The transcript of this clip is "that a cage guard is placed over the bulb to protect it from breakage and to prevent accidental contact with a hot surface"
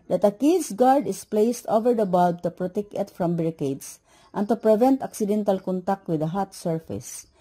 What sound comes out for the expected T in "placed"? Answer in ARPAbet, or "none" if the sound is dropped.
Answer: T